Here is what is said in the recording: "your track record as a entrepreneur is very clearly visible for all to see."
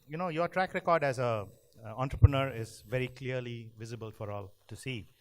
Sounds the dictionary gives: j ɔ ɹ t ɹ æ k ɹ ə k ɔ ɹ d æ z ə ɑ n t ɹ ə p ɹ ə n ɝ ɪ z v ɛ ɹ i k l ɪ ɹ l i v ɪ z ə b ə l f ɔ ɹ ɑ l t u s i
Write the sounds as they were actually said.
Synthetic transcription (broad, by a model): j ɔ ɹ t ɹ æ k ɹ ə k ɔ ɹ d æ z ə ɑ n t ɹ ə p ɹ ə n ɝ ɪ z v ɛ ɹ i k l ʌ ɹ l i v ɪ z ə b ə l f ɔ ɹ ɑ l t u s i